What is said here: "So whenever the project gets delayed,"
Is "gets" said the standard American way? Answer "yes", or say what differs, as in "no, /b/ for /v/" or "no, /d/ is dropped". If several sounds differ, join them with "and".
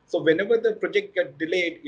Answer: no, /s/ is dropped